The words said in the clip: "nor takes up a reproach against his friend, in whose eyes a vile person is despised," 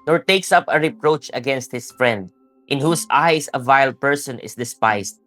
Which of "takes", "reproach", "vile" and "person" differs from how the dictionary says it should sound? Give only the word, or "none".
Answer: none